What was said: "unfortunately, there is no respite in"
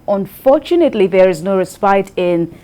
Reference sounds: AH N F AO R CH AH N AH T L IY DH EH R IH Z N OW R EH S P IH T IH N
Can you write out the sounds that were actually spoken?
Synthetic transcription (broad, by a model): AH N F AO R CH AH N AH T L IY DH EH R IH Z N OW R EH S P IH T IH N